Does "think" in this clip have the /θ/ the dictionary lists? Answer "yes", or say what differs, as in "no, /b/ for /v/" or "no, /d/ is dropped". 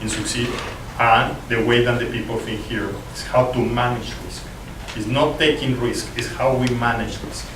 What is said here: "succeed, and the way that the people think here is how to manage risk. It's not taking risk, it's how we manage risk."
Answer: no, /f/ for /θ/